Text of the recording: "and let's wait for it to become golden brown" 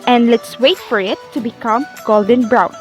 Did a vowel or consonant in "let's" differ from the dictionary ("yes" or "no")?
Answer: no